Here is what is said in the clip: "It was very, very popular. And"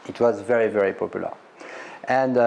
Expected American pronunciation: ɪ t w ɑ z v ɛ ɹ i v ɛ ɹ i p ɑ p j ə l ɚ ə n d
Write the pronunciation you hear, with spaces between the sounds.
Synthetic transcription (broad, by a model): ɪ t w ɑ z v ɛ ɹ i v ɛ ɹ i p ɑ p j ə l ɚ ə n d